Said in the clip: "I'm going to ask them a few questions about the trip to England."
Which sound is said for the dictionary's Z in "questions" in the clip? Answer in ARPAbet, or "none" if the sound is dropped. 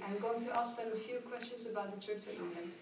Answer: Z